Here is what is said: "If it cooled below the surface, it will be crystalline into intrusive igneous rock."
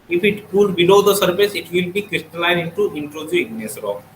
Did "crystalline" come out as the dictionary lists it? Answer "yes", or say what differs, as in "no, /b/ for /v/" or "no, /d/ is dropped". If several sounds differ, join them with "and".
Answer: yes